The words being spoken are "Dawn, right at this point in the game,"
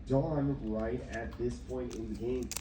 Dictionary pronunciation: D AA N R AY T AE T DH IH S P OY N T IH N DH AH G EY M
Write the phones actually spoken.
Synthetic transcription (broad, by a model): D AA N R AY T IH T DH IH S P OY N T IH N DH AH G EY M